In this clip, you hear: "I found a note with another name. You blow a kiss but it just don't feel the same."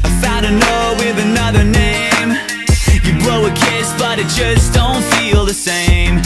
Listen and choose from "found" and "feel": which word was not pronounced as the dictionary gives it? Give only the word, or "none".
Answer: found